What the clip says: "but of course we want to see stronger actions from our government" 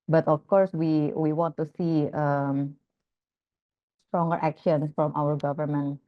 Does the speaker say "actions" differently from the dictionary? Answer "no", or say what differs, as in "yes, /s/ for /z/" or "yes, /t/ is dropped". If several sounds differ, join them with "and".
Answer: yes, /s/ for /z/